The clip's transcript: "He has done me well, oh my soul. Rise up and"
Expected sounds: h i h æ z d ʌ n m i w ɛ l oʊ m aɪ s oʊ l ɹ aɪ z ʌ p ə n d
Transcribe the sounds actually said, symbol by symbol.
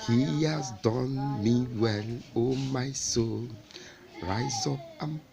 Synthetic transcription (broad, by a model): h i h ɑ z d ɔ n m i w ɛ n oʊ m aɪ s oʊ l ɹ aɪ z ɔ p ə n